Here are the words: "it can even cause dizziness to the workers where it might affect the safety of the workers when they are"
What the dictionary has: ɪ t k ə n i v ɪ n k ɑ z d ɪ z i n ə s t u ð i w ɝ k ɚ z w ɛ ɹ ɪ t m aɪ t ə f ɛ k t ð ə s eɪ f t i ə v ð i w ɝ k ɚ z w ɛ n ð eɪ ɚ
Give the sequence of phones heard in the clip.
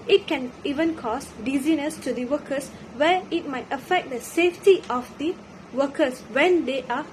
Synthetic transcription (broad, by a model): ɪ t k ə n i v ɪ n k ɑ s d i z i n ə s t u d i w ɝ k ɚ s w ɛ ɪ t m aɪ t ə f ɛ k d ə s eɪ f t i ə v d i w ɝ k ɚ s w ɛ n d eɪ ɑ